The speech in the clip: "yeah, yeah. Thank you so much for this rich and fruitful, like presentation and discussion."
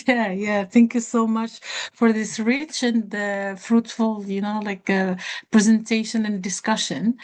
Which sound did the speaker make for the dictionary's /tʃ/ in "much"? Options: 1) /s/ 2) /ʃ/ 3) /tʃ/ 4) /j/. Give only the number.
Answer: 3